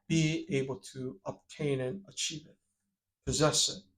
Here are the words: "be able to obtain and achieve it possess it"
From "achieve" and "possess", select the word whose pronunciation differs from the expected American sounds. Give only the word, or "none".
none